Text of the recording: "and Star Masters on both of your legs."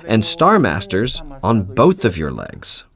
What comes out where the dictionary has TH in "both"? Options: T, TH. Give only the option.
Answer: TH